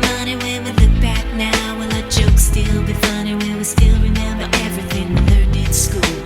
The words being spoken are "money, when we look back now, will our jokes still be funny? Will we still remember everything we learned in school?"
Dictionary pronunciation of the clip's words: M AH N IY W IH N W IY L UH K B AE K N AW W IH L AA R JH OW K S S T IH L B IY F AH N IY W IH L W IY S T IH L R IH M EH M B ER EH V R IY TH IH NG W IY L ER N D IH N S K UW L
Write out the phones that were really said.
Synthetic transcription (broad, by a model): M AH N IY W IH N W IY L UH K B AE K N AW W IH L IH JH OW K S S T IH L B IY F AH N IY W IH N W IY S T IH L R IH M EH M B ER EH V R IY TH IH NG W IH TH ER D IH S K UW L